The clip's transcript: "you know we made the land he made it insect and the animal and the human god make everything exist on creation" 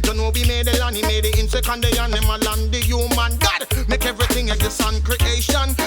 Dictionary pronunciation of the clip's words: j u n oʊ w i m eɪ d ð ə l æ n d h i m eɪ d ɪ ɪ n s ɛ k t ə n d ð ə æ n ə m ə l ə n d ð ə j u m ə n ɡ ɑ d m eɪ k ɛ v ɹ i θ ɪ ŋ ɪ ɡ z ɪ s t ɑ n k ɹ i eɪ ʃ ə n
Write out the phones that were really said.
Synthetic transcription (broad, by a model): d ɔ n oʊ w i m eɪ d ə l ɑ n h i m eɪ d ɪ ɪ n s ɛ k ə n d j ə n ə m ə l ə n d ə j u m ə n ɡ ɑ d m eɪ k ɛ v ɹ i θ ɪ ŋ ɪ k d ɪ s ɑ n k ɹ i eɪ ʃ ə n